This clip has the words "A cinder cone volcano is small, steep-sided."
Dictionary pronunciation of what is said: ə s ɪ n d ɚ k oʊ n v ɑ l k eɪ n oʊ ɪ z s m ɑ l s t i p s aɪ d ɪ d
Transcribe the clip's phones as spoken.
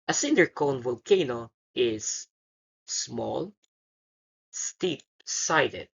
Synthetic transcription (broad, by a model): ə s ɪ n d ɚ k oʊ n v ɑ l k eɪ n oʊ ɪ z s m ɑ l s t i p s aɪ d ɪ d